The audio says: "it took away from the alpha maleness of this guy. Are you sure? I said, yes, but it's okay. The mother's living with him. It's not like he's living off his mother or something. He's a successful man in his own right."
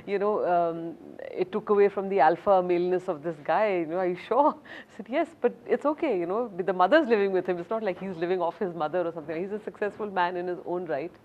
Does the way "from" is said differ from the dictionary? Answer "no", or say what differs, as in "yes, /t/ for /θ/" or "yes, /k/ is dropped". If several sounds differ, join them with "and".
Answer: no